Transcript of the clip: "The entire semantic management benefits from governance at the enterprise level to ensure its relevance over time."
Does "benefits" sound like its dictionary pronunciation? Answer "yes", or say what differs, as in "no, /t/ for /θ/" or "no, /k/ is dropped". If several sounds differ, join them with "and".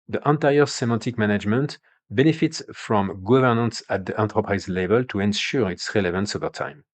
yes